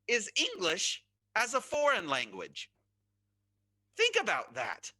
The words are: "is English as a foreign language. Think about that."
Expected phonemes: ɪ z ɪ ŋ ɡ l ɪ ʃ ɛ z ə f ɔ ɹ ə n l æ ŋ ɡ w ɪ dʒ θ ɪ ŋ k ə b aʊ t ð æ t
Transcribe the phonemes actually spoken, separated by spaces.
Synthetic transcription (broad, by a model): ɪ z ɪ ŋ ɡ l ɪ ʃ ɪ z ə f ɔ ɹ ə n l æ ŋ ɡ w ɪ dʒ θ ɪ ŋ k ə b aʊ t ð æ t